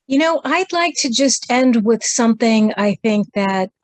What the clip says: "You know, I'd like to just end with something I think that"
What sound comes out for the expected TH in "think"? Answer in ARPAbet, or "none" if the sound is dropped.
TH